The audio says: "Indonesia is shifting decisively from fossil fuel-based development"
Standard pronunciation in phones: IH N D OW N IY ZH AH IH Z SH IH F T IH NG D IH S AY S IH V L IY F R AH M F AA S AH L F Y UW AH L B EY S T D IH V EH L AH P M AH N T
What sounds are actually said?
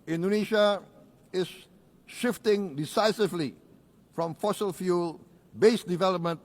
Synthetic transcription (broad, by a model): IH N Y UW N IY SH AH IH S SH IH F T IH NG D IH S AY S IH V L IY F R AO M F AA S AH L F Y UW L B EY S D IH V EH L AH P M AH N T